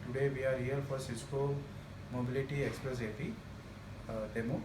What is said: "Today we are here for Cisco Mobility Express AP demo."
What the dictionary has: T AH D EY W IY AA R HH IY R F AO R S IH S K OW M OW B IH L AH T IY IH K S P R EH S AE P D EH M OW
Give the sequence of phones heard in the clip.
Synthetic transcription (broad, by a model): T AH D EY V IY AA R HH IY L F AO R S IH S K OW M OW B IH L AH T IY IH K S P R EH S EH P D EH M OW